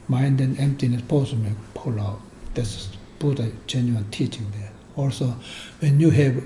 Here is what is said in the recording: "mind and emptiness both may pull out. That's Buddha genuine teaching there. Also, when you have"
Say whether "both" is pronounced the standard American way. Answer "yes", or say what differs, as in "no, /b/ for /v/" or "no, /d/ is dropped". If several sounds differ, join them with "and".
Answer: no, /s/ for /θ/